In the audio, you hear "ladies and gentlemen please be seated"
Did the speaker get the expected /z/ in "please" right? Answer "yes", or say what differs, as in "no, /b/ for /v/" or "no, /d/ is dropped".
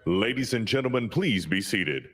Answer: yes